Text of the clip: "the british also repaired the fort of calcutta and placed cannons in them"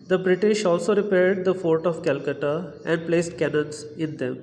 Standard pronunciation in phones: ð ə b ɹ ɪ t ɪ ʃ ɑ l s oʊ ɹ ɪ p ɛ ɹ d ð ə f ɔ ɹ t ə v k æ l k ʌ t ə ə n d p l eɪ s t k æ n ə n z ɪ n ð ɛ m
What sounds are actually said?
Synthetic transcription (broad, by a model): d ə b ɹ ɪ t ɪ ʃ ɑ l s oʊ ɹ ɪ p ɛ ɹ d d ə f ɔ ɹ t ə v k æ l k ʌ t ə ə n d p l eɪ s t k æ n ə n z ɪ n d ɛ m